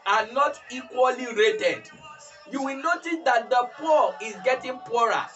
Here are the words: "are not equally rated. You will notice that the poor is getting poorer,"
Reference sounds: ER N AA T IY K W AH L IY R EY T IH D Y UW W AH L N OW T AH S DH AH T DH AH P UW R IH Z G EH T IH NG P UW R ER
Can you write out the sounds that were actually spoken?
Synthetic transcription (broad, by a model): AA N AA T IY K W AH L IY R EY T IH D Y UW W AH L N OW T AH S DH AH T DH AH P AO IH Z G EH T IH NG P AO R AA